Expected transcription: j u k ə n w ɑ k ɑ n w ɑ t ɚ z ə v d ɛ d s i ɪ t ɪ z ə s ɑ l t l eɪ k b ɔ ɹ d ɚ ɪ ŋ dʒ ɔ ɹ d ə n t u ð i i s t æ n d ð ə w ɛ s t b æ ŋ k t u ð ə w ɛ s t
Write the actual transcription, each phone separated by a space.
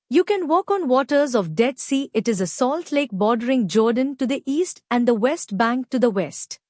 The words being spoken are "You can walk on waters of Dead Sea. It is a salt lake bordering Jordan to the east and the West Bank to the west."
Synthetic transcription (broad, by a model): j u k ə n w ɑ k ɑ n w ɑ t ɚ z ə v d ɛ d s i ɪ t ɪ z ə s ɑ l t l eɪ k b ɔ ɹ d ɚ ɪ ŋ dʒ ɔ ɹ d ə n t u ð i i s t æ n d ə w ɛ s t b æ ŋ k t u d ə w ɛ s t